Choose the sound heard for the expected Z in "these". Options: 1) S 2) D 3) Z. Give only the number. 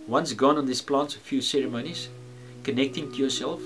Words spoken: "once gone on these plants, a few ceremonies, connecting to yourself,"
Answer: 1